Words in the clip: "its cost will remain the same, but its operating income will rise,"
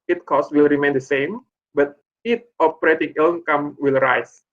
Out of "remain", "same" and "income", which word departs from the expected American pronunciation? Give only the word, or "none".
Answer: income